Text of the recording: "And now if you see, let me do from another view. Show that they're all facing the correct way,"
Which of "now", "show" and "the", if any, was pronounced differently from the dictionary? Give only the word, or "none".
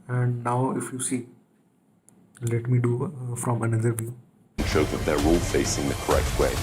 none